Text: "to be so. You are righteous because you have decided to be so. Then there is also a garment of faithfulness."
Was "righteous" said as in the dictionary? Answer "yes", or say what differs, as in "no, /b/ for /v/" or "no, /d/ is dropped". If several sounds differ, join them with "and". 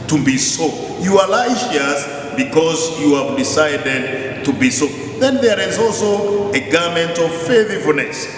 no, /l/ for /ɹ/ and /ʃ/ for /tʃ/